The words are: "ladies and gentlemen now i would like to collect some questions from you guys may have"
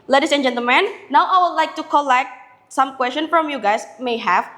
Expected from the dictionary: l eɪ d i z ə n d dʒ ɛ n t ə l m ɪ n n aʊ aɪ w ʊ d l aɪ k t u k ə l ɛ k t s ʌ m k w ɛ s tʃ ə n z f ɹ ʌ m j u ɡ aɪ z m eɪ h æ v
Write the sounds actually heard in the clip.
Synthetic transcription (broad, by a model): l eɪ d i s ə n dʒ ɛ n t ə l m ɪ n n aʊ aɪ w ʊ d l aɪ k t u k ə l ɛ k t s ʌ m k w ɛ s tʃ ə n f ɹ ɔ m j u ɡ aɪ s m eɪ h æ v